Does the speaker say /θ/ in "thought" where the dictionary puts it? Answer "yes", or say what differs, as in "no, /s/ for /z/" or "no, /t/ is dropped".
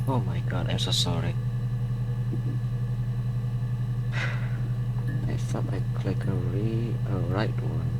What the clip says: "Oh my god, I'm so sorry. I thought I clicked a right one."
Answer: no, /s/ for /θ/